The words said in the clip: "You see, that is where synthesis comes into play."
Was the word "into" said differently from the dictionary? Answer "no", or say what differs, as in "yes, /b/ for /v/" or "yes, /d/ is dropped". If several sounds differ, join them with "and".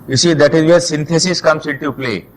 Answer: yes, /n/ is dropped